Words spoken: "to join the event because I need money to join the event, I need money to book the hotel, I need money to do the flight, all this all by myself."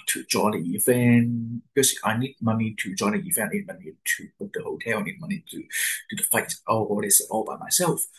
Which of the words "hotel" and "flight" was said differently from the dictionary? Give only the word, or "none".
flight